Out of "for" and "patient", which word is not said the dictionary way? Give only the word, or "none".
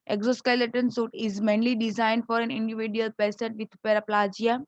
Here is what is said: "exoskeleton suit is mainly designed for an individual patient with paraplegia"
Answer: patient